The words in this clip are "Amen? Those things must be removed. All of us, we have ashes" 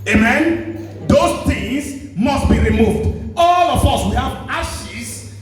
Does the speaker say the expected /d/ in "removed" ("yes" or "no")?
yes